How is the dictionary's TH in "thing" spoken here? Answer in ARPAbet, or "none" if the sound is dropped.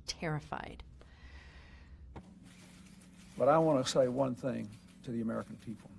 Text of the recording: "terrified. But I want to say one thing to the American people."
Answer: TH